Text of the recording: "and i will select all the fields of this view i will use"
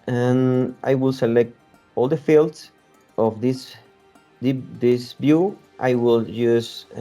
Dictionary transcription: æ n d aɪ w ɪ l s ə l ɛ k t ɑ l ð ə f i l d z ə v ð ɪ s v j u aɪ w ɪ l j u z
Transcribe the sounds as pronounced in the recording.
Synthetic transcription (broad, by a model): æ n aɪ w ɪ l s ə l ɛ k t ɑ l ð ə f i l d s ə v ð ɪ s b j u aɪ w ɪ l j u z